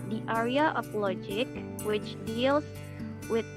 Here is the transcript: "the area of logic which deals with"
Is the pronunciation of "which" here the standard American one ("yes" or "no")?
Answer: yes